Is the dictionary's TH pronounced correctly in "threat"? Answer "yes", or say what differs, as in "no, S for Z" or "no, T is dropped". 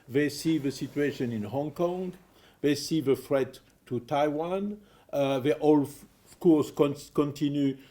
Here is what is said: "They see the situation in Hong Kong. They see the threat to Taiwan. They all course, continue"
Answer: no, F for TH